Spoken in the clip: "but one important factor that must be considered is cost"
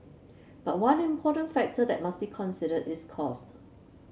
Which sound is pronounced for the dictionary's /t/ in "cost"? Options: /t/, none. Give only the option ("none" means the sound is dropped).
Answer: /t/